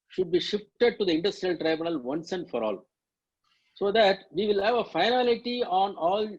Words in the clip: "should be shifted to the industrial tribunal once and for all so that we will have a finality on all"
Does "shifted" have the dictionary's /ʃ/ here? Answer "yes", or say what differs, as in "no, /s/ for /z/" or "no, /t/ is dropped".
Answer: yes